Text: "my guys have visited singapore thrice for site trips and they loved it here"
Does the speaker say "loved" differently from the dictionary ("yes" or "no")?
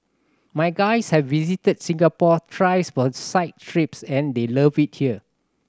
yes